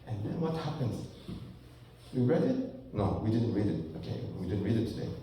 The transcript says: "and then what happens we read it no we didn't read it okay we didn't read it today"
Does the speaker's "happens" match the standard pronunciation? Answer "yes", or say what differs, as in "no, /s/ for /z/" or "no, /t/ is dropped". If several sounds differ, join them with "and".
no, /s/ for /z/